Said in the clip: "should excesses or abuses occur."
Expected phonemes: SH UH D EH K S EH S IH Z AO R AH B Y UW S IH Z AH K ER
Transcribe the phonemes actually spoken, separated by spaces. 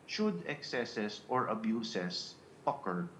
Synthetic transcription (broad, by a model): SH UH D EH K S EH S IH S AO R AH B Y UW S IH S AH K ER